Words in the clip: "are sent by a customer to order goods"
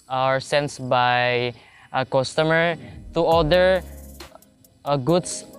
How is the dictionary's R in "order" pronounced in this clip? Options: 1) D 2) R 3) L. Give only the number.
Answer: 3